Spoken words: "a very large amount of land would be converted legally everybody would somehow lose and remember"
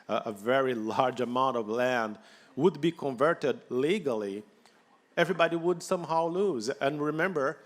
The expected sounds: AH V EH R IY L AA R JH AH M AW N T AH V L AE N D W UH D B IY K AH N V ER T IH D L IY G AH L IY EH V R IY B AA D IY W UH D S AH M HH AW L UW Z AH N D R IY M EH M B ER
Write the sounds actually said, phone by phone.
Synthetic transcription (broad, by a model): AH V EH R IY L AA R JH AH M AW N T AH V L AE N D W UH D B IY K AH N V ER T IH D L IY G AH L IY EH V R IY B AA D IY W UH D S AH M HH AW L UW Z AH N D R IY M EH M B ER